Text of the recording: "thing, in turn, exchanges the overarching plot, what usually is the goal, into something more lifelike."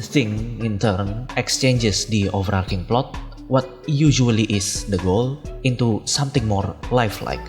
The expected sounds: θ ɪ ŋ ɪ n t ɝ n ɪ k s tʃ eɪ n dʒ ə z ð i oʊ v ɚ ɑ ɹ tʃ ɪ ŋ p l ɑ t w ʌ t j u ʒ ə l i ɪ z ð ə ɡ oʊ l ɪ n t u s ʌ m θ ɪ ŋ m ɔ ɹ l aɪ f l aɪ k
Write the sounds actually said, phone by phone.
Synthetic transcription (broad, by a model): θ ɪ ŋ ɪ n t ɝ n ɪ k s tʃ eɪ n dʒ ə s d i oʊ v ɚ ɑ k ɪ ŋ p l ɑ t w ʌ t j u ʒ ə l i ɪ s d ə ɡ oʊ l ɪ n t u s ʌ m t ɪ ŋ m ɔ ɹ l aɪ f l aɪ k